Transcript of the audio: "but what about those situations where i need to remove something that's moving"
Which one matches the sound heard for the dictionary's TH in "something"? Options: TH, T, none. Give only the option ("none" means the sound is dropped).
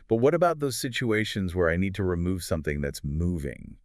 TH